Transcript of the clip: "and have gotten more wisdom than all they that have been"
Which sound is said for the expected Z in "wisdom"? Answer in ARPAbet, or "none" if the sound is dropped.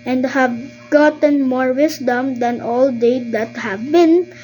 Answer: S